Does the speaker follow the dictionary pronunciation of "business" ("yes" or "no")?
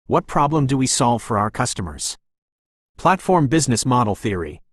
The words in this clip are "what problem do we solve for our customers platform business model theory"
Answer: yes